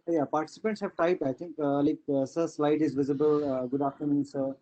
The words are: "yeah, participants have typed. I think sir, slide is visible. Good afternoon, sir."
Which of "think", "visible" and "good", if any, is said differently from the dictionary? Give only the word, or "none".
think